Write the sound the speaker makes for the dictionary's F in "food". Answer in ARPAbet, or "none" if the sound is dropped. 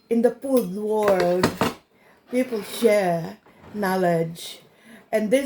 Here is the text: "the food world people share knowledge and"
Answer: P